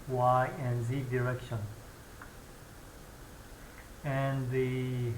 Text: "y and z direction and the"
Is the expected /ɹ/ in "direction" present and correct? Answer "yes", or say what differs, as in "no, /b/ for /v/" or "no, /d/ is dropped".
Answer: yes